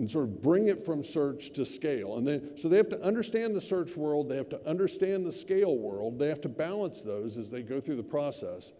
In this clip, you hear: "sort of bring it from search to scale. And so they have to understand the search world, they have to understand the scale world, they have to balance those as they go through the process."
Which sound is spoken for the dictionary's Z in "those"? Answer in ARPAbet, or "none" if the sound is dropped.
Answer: Z